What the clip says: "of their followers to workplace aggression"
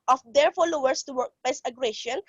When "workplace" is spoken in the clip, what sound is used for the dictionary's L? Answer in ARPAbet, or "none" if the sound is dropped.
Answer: none